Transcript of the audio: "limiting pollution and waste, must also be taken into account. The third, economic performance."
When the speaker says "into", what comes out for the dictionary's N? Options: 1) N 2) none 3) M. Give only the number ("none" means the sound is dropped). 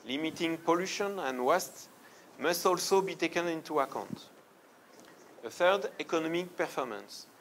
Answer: 1